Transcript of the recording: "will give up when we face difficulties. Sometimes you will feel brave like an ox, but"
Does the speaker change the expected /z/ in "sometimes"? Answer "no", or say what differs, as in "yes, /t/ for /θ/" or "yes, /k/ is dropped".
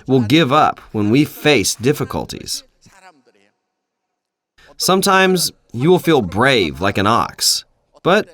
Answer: no